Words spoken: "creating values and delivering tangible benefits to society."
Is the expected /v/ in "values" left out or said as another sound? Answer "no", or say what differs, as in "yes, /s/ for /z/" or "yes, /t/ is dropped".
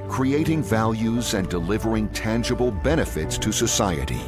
no